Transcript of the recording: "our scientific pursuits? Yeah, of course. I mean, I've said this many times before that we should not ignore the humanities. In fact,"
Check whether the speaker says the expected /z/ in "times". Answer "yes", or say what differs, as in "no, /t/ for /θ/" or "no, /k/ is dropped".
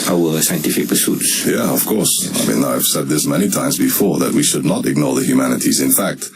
yes